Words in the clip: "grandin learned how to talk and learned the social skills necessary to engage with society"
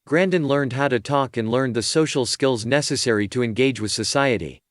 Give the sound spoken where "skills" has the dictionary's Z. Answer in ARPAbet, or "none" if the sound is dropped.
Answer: Z